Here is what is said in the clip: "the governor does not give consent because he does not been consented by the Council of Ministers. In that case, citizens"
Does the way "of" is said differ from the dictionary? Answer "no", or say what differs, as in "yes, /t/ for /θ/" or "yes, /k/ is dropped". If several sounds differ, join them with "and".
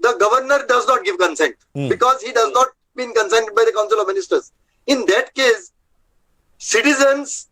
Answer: no